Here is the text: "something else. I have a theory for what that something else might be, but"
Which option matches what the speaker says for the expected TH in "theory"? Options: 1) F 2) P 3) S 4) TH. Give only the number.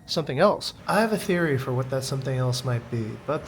4